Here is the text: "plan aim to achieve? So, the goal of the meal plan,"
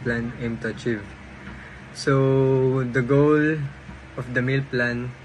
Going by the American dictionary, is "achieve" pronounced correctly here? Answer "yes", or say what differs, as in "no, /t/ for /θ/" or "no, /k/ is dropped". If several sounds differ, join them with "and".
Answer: yes